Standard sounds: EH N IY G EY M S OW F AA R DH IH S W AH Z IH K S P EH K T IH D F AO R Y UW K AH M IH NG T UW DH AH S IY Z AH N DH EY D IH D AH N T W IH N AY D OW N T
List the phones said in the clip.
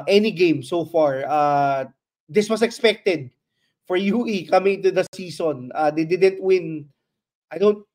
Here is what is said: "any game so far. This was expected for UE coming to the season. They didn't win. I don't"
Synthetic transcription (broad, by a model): EH N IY G EY M S OW F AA R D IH S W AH S IH K S P EH K T IH D F AO R Y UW K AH M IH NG T UW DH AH S IY S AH N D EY D IH D AH N T W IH N AY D OW N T